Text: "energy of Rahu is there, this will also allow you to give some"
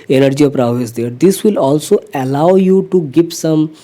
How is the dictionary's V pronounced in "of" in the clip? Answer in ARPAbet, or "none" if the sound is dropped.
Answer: P